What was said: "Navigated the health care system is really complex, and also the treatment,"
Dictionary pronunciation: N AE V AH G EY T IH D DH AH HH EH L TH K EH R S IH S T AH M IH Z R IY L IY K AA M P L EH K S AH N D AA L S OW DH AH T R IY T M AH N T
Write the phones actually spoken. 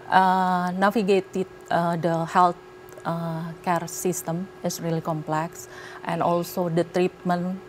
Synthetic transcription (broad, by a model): N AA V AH G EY T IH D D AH HH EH L T K EH R S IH S T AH M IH S R IY L IY K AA M P L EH K S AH N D AA L S OW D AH T R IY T M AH N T